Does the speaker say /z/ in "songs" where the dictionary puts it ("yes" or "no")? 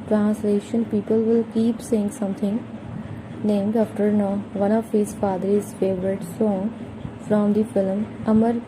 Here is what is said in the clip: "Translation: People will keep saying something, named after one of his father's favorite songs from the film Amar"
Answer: no